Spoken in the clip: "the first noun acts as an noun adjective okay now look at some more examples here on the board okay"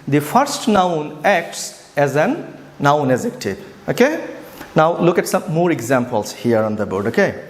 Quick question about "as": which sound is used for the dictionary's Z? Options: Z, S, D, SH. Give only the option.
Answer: Z